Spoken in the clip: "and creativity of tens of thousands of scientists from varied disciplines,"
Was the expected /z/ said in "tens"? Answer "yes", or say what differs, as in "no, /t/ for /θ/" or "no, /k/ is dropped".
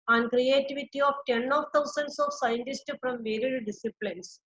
no, /z/ is dropped